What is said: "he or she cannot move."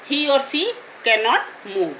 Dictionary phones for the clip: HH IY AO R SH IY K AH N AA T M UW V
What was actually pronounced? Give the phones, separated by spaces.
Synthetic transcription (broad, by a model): HH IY AO R S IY K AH N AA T M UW